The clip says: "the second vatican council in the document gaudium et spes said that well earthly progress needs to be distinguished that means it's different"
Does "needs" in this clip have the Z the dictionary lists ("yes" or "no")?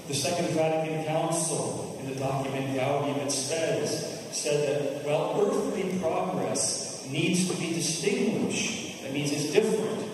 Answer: yes